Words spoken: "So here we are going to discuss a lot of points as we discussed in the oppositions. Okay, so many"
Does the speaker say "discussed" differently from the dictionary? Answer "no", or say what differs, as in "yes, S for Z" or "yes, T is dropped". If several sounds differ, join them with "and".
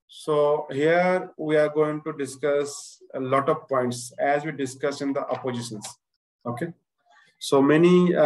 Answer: yes, T is dropped